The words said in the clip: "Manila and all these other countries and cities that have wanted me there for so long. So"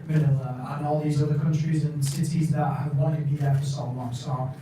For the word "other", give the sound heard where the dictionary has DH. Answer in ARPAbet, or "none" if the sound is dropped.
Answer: DH